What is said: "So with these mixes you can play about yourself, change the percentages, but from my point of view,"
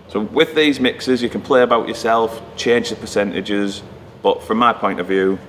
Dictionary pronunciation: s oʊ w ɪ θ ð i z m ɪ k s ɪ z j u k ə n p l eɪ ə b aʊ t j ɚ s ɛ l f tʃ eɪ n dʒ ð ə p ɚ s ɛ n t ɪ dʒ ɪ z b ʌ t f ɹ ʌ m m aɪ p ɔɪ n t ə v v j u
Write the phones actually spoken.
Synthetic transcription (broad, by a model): s oʊ w ɪ ð i z m ɪ k s ɪ z j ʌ k ə n p l eɪ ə b aʊ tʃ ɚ s ɛ l f tʃ eɪ n dʒ ð ə p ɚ s ɛ n t ɪ dʒ ɪ z b ʌ t f ɹ ʌ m m aɪ p ɔɪ n t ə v v j u